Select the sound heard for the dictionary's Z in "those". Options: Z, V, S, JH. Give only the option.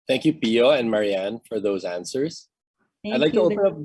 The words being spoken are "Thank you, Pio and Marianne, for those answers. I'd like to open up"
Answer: Z